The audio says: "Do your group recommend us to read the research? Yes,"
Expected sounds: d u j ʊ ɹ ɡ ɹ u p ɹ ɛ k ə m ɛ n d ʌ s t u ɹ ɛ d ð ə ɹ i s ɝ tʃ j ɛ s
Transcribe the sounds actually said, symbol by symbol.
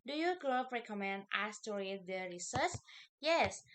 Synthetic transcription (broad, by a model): d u j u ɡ l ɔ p ɹ ɛ k ə m ɛ n d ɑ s t u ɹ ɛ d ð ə ɹ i s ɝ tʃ j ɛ s